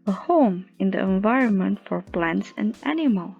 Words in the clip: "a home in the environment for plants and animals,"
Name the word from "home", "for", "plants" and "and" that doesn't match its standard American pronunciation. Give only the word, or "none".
none